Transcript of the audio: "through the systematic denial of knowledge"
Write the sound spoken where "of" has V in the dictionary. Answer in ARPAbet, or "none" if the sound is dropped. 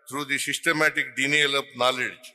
P